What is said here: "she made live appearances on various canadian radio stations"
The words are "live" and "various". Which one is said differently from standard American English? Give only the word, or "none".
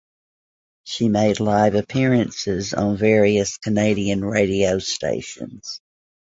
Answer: none